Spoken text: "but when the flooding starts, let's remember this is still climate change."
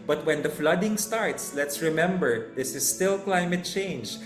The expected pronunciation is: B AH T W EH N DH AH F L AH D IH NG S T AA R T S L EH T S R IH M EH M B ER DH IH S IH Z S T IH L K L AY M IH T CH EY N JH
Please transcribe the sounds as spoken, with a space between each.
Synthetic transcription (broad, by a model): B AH T W EH N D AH F L AH D IH NG S T AA R T S L EH T S R IH M EH M B ER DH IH S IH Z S T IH L K L AY M IH T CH EY N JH